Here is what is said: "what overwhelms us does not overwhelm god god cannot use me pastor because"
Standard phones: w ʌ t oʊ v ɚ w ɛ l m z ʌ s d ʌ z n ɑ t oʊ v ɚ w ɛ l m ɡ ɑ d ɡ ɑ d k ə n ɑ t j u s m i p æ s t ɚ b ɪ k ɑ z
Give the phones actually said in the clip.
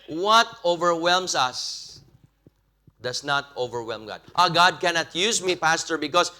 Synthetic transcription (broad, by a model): w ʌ t oʊ v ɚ w ɛ l m s ʌ s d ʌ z n ɑ t oʊ v ɚ w ɛ l m ɡ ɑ d ɡ ɑ d k ə n ɑ t j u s m i p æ s t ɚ b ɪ k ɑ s